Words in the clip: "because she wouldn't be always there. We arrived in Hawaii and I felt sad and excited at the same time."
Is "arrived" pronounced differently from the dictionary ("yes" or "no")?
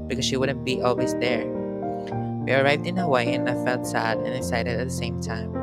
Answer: no